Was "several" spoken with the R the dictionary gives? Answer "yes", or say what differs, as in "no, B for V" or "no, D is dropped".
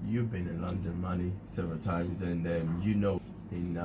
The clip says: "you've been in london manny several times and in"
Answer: yes